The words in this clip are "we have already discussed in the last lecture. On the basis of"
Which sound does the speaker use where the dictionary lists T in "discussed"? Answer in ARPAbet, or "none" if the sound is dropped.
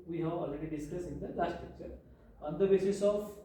none